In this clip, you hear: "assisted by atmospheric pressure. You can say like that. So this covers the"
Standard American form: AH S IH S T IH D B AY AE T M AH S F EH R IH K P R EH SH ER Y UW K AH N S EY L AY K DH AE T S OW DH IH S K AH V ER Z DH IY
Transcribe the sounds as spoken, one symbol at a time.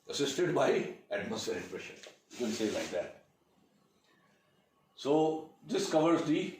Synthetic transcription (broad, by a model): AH S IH S T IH D B AY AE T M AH S EH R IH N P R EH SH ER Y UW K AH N S EY L AY K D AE T S OW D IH S K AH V ER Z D IY